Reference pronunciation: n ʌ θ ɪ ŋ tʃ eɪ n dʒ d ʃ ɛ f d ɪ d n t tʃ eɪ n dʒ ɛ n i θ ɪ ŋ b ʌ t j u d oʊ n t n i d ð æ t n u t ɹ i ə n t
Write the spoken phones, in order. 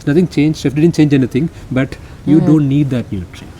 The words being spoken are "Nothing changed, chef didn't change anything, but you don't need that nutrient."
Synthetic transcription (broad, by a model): n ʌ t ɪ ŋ tʃ eɪ n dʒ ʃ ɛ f d ɪ d n t tʃ eɪ n dʒ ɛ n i t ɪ ŋ b ʌ t j u d oʊ n t n i d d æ t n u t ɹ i